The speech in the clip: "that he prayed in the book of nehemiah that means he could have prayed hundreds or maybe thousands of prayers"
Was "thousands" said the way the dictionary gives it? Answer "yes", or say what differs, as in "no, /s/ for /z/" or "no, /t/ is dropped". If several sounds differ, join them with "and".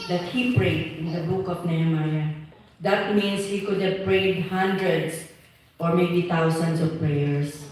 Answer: no, /t/ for /θ/